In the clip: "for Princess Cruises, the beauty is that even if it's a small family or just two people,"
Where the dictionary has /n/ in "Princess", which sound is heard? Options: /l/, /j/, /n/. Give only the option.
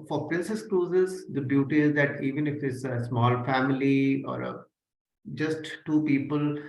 /n/